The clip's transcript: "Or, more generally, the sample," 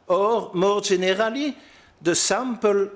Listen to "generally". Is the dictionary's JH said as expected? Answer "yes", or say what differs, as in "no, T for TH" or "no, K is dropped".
no, ZH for JH